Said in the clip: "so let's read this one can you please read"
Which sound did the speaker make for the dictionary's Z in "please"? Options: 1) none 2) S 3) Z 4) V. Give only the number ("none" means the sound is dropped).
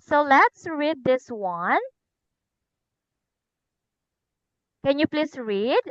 2